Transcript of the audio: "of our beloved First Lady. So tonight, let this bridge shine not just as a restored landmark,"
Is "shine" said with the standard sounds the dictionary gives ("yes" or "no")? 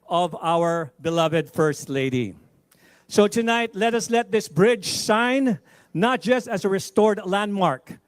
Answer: no